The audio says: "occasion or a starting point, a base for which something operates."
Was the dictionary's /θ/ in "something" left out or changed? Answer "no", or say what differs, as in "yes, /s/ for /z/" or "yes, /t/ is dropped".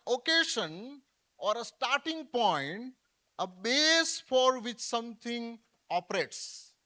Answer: yes, /t/ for /θ/